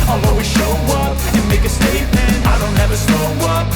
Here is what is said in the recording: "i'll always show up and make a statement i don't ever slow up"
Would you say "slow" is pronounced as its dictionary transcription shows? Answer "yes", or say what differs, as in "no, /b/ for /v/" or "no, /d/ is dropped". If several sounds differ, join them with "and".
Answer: no, /l/ is dropped